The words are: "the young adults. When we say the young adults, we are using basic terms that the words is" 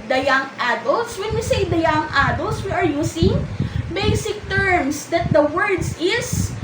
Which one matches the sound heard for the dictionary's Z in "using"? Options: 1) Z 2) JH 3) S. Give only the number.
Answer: 3